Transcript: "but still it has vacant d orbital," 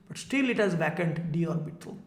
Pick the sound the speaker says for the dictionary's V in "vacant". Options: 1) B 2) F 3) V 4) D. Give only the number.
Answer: 1